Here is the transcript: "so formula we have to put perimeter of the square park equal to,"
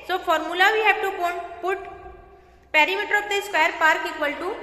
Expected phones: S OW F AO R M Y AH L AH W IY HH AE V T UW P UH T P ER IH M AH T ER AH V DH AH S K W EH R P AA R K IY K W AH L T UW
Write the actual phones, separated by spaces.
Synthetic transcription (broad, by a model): S OW F AO R M Y AH L AH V IY HH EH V T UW P UH T P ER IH M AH T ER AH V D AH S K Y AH R P AA R K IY K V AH L T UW